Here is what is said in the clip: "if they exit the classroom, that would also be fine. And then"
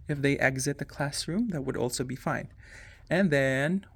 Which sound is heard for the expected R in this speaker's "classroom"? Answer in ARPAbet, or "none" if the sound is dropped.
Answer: R